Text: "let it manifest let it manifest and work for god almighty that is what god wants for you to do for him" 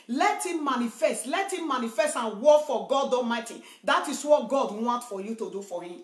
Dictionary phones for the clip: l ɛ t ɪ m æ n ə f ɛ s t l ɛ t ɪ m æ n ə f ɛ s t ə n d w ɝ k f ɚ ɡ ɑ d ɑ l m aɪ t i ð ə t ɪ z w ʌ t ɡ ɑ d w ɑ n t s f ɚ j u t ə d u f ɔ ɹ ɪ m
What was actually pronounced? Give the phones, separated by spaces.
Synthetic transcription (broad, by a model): l ɛ t ɪ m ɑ n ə f ɛ s t l ɛ t ɪ m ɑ n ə f ɛ s t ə n w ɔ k f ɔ ɡ ɑ d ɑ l m aɪ t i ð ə t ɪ s w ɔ t ɡ ɑ d w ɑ n t f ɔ j u t ə d u f ɔ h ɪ m